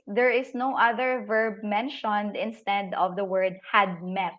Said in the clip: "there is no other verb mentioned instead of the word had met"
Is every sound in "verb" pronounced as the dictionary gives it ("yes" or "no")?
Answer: yes